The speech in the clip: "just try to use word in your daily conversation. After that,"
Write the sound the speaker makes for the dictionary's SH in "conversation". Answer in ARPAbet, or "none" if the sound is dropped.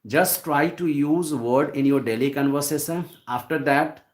S